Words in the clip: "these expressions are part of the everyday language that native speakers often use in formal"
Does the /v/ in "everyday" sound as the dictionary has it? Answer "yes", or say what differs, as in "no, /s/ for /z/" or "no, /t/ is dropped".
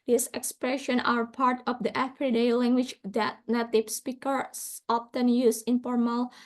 no, /f/ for /v/